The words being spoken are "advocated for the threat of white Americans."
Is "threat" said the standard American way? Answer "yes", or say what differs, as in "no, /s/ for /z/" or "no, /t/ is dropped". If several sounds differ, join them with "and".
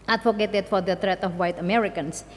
no, /t/ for /θ/